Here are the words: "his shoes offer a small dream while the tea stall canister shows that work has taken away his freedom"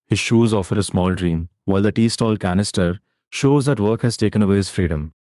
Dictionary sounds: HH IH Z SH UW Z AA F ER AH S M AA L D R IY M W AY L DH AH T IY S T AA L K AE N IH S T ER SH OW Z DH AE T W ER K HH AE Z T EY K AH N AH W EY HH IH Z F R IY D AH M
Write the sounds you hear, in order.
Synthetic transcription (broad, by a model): HH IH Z SH UW Z AA F ER AH S M AA L D R IY M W AY L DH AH T IY S T AA L K AE N IH S T ER SH OW Z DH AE T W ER K HH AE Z T EY K AH N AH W EY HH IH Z F R IY D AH M